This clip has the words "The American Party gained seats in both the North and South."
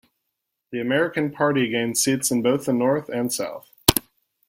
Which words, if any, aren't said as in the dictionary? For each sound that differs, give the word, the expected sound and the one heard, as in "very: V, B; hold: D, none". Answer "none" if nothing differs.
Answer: none